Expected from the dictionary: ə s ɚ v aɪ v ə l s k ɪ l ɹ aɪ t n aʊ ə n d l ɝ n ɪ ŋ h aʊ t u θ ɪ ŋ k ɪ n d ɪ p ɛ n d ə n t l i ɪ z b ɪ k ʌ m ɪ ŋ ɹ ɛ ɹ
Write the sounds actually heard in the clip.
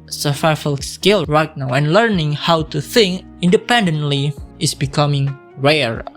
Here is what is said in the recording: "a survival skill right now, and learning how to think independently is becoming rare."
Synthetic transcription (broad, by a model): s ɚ f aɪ f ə l s k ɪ l ɹ aɪ t n aʊ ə n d l ɝ n ɪ ŋ h aʊ t u θ ɪ ŋ k ɪ n d ɪ p ɛ n d ə n t l i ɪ s b ɪ k ʌ m ɪ ŋ ɹ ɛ ɹ